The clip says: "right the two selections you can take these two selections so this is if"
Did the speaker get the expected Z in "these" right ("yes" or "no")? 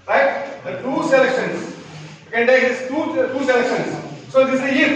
no